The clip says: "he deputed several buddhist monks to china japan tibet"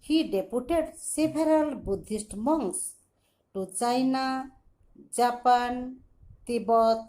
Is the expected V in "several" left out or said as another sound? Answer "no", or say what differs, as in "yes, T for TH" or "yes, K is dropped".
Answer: yes, B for V